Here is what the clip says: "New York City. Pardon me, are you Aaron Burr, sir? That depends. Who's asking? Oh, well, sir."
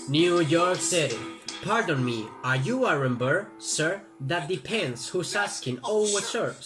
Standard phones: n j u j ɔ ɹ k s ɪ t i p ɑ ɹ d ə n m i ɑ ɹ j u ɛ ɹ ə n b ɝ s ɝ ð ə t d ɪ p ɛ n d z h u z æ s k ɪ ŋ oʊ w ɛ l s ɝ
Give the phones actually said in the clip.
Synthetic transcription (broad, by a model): n j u j ɔ ɹ k s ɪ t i p ɑ ɹ d ə n m i ɑ ɹ j u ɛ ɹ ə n b ɝ s ɝ ð ə t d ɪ p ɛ n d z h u s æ s k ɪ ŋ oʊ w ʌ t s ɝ